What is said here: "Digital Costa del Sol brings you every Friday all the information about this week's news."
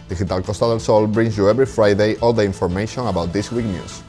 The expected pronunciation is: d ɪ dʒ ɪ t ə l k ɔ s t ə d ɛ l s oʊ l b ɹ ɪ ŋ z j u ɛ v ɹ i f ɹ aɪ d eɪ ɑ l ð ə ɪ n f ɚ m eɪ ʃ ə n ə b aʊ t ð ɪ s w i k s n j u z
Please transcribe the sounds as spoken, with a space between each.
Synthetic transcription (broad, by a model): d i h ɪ t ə l k ɔ s t ə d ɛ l s oʊ l b ɹ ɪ ŋ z j u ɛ b ɹ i f ɹ aɪ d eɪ ɑ l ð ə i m f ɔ m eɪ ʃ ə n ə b aʊ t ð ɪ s w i k n j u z